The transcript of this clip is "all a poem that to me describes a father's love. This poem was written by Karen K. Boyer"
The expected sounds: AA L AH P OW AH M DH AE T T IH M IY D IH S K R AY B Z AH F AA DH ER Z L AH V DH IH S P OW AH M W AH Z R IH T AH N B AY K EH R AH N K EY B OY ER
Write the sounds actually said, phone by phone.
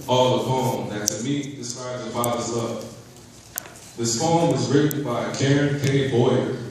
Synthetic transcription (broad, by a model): AA L AH F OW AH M DH AE T S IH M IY D IH S K R AY B Z AH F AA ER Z AH P DH IH S F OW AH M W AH Z R IH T N B AY K EH R AH N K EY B OY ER